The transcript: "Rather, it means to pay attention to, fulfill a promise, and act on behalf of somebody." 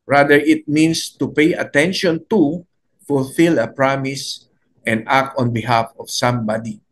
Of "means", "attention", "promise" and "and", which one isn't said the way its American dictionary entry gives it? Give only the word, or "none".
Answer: means